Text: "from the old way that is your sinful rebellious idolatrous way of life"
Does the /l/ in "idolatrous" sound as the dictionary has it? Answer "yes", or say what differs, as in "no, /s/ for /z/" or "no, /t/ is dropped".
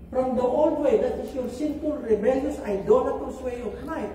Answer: no, /n/ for /l/